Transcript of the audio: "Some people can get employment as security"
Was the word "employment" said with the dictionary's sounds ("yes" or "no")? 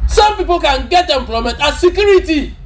no